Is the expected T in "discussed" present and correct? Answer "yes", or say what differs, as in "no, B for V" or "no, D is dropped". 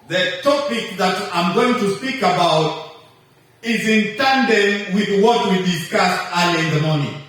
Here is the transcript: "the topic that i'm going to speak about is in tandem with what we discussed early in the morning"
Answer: no, T is dropped